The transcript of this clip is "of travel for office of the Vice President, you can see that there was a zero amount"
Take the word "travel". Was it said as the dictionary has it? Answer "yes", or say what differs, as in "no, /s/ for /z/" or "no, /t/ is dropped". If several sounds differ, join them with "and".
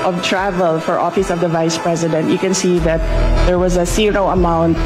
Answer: yes